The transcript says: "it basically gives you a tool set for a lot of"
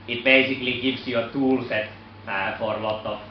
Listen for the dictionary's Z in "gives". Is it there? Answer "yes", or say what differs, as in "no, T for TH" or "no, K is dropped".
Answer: no, S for Z